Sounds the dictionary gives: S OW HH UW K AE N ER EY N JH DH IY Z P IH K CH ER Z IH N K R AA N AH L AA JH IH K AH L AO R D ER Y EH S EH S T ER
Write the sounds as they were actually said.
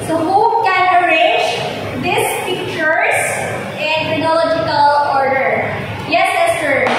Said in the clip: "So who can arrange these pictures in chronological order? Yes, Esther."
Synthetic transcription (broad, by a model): S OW HH UW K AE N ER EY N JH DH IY S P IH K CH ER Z IH N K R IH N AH L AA JH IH K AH L AO R D ER Y EH S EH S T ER